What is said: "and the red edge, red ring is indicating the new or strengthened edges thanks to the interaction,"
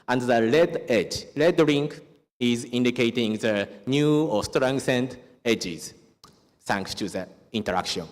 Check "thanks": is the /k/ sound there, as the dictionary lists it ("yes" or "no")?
yes